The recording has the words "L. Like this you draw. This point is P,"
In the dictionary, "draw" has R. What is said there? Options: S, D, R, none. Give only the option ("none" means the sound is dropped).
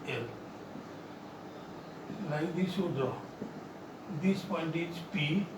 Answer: none